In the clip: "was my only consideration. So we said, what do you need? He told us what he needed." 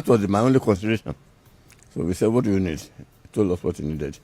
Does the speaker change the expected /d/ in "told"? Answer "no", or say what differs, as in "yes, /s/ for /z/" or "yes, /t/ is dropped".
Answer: yes, /d/ is dropped